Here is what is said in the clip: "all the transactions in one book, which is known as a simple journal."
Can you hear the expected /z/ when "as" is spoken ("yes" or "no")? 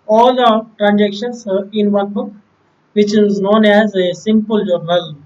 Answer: yes